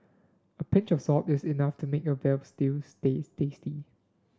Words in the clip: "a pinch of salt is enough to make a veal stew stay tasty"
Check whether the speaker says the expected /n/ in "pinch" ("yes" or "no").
yes